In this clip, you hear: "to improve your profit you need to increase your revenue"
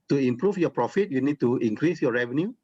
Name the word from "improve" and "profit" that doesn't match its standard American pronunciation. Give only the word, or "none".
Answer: improve